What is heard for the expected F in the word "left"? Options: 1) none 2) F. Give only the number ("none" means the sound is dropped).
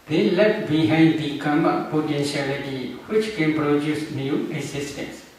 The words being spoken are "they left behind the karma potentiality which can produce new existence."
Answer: 1